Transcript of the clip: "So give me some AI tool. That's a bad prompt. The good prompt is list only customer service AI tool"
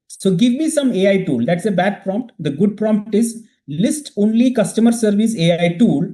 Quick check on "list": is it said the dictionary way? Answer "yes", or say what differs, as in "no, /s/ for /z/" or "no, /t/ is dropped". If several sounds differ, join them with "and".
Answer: yes